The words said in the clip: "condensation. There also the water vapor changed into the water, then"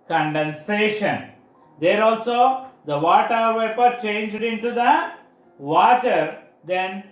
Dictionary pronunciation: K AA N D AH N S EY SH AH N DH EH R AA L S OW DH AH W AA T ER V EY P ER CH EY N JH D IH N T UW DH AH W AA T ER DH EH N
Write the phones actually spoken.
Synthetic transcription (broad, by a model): K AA N D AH N S EY SH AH N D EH R AA L S OW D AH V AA T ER V EY P ER CH EY N JH D IH N T UW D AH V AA T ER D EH N